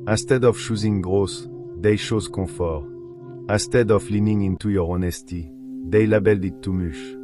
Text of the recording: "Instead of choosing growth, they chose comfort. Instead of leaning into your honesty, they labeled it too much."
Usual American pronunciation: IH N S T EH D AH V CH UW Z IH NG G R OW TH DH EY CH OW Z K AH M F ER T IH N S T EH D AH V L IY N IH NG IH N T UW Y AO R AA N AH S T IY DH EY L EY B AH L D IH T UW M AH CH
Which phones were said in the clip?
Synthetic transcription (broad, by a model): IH S T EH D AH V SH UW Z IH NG G R OW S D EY SH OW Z K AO F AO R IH S T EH D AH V L IY N IH NG IH N T UW Y AO R AA N AH S T IY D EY L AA B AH L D IH T UW M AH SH